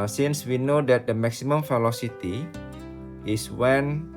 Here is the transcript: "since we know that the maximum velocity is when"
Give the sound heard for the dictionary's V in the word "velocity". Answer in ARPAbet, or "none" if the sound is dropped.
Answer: F